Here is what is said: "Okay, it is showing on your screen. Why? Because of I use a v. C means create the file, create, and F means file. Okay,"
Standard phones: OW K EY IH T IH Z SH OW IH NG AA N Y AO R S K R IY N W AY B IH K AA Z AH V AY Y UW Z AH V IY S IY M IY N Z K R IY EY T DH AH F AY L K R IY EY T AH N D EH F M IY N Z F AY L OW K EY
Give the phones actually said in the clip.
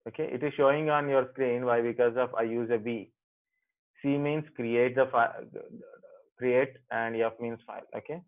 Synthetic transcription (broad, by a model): OW K EY IH T IH Z SH OW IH NG AA N Y AO R S K R IY N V AY B IH K AA Z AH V AY Y UW Z AH B IY S IY M IY N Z K R IY EY T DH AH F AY K R IY EY T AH N D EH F M IY N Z F AY L OW K EY